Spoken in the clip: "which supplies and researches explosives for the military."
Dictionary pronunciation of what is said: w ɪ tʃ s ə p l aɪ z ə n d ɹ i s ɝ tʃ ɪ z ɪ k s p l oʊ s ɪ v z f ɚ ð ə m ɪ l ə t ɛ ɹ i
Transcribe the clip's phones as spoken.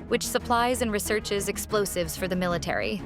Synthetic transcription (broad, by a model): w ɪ tʃ s ə p l aɪ z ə n ɹ i s ɝ tʃ ɪ z ɪ k s p l oʊ s ɪ v z f ɚ ð ə m ɪ l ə t ɛ ɹ i